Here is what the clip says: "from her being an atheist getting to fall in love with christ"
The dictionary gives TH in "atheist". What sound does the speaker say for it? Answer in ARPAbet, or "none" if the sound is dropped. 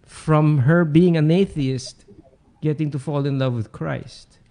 TH